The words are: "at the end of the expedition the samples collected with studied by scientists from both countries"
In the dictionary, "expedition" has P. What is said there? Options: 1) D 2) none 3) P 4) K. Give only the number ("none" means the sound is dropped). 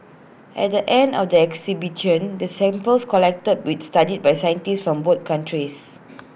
2